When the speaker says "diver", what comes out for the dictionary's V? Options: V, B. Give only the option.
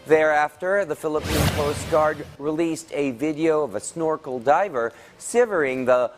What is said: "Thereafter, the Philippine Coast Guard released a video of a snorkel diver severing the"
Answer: V